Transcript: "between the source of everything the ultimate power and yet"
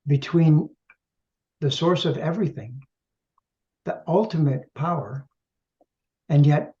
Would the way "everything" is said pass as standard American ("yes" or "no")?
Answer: yes